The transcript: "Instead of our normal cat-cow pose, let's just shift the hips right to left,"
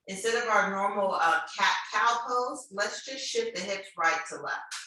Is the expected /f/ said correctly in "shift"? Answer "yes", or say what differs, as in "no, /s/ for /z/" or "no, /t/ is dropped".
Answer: no, /f/ is dropped